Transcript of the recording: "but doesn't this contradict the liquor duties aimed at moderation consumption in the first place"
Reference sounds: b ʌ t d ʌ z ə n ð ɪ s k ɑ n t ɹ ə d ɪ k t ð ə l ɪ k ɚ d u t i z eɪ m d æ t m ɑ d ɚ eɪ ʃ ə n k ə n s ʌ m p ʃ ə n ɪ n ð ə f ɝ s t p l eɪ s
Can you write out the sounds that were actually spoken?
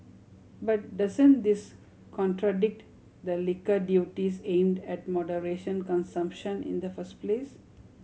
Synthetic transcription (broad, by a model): b ʌ t d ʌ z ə n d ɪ s k ɑ n t ɹ ə d ɪ k t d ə l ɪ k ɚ d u t i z eɪ m d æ t m ɑ d ɚ eɪ ʃ ə n k ə n s ʌ m p ʃ ə n ɪ n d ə f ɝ s t p l eɪ s